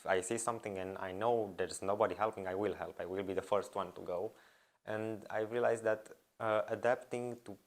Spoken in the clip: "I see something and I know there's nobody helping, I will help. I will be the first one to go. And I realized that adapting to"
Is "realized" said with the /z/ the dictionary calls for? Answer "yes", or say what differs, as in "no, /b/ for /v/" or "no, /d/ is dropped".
no, /s/ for /z/